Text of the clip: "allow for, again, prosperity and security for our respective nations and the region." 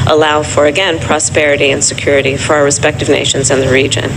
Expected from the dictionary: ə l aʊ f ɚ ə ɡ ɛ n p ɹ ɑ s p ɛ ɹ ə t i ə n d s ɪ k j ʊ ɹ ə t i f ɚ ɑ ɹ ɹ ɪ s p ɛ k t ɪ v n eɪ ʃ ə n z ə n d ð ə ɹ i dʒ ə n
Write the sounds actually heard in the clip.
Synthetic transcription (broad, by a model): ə l aʊ f ɚ ə ɡ ɛ n p ɹ ɑ s p ɛ ɹ ə t i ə n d s ɪ k j ʊ ɹ ə t i f ɚ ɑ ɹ ɹ ɪ s p ɛ k t ɪ v n eɪ ʃ ə n z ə n ð ə ɹ i dʒ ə n